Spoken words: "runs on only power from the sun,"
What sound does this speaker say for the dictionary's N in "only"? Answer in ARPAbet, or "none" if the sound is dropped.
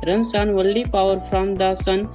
none